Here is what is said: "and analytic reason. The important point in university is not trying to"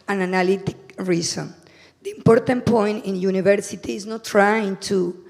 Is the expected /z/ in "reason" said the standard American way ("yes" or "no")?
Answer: no